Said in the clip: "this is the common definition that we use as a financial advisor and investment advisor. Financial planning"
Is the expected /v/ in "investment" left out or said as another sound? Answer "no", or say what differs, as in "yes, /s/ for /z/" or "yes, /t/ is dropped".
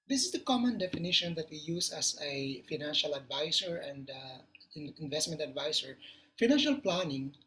no